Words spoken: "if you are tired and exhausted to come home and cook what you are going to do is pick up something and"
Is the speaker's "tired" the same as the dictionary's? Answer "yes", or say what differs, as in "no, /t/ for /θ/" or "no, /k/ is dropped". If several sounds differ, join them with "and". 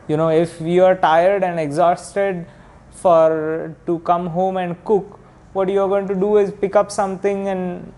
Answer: yes